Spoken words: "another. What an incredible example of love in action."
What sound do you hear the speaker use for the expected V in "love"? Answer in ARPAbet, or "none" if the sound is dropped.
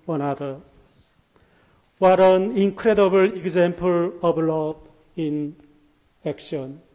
B